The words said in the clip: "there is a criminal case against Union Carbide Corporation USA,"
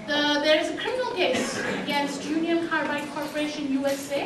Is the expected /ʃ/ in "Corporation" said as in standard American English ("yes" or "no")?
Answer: yes